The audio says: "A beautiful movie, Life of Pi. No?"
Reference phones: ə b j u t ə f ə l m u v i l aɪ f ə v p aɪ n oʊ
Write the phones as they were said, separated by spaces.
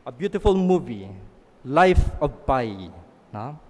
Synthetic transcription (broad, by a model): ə b j u t ə f ə l m u v i l aɪ f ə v b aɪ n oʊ